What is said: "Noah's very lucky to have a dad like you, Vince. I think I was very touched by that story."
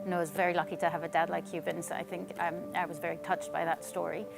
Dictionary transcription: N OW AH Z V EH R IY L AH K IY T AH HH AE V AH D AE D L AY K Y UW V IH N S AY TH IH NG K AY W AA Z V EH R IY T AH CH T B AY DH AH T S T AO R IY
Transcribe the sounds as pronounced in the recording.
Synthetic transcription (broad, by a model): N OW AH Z V EH R IY L AH K IY T AH V AH D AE D L AY K Y UW B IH N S AY TH IH NG K AY W AA Z V EH R IY T AH CH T B AY DH AH T S T AO R IY